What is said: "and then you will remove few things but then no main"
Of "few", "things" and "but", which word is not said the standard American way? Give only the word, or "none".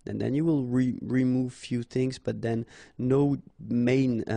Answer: none